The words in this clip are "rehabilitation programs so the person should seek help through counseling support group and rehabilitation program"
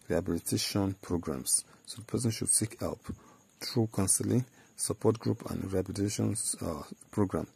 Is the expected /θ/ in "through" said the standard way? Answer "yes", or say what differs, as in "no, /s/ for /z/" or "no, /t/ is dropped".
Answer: no, /t/ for /θ/